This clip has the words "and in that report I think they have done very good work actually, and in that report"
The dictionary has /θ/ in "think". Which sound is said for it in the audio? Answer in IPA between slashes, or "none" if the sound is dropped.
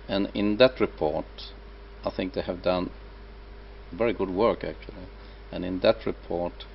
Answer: /θ/